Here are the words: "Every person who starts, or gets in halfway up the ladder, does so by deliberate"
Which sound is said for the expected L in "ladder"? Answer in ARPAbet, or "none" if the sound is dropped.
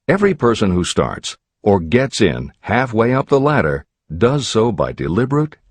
L